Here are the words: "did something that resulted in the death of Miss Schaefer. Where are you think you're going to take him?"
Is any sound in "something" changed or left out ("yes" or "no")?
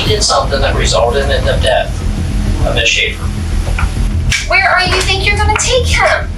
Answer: no